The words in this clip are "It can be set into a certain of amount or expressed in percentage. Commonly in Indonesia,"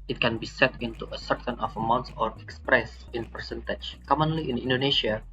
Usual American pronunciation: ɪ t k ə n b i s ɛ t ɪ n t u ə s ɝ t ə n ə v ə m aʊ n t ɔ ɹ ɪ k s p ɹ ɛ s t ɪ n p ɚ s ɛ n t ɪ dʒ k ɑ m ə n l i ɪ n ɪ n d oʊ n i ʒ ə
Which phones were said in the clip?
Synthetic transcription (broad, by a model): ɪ t k ə n b i s ɛ t ɪ n t u ə s ɝ t ə n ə f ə m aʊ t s ɔ ɹ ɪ k s p ɹ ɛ s ɪ n p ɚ s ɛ n t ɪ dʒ k ɑ m ə n l i ɪ n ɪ n d oʊ n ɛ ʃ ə